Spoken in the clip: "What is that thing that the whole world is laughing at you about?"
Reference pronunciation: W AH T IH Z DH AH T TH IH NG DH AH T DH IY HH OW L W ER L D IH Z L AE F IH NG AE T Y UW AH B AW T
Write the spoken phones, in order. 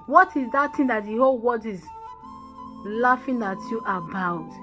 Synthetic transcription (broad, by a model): W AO T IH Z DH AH T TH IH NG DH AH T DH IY HH OW L W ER D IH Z L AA F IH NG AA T Y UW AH B AW T